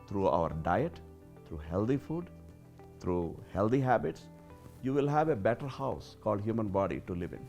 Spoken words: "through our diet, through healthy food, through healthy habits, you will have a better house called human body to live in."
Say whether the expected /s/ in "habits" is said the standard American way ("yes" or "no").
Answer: yes